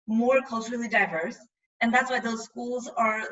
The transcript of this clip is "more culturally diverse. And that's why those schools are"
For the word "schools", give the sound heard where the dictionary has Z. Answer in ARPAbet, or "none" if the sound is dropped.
Z